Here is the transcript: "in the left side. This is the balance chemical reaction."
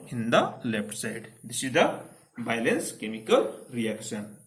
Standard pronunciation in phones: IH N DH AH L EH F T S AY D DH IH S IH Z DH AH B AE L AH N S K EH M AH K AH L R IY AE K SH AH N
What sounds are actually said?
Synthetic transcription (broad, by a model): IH N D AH L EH P T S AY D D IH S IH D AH B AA L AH N S K EH M AH K AH L R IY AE K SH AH N